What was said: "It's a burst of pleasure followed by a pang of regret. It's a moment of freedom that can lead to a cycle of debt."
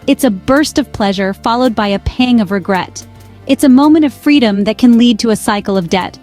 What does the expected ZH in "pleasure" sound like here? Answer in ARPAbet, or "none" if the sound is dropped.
ZH